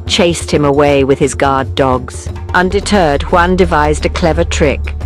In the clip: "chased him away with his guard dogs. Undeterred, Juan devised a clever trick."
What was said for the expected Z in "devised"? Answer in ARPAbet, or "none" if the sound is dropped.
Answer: Z